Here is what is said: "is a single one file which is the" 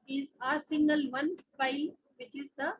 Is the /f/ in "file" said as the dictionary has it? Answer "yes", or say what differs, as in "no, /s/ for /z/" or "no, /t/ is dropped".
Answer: no, /p/ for /f/